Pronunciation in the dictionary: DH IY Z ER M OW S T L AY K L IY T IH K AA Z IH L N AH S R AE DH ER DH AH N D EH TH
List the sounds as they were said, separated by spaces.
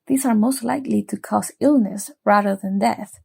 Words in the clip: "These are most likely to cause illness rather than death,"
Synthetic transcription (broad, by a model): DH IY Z ER M OW S T L AY K L IY T IH K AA S IH L N AH S R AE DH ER DH AH N D EH TH